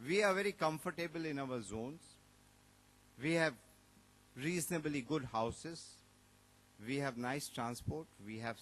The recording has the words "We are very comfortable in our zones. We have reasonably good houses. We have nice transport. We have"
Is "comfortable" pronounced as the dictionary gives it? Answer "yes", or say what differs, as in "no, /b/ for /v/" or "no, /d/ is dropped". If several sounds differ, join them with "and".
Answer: yes